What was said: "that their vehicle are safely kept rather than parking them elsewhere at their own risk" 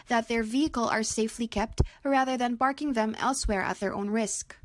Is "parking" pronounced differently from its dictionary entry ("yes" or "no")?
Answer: yes